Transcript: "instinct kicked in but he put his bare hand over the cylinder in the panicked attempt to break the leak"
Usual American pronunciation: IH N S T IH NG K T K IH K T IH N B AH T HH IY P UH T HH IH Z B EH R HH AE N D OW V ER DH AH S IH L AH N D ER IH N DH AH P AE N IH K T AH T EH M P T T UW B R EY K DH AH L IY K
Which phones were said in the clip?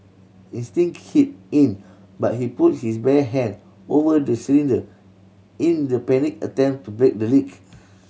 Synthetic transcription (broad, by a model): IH N S T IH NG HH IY T IH N B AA T HH IY P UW T HH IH S B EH HH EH N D OW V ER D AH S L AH N D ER IH N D AH P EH N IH K AH T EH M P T T UW B R EY K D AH L IY K